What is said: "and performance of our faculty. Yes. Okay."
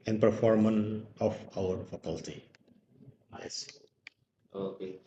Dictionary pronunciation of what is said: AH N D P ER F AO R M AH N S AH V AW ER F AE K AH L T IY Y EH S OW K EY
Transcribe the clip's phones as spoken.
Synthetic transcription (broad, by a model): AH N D P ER F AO R M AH N AH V AW ER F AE K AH L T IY Y EH S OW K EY